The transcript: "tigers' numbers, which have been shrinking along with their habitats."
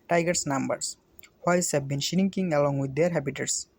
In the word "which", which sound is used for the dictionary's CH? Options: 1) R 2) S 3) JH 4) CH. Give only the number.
2